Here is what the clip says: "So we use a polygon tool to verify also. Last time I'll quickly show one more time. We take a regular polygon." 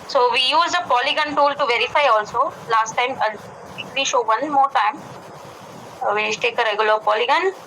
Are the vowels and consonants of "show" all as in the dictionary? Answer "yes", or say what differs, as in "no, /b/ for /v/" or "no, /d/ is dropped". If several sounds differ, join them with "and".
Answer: yes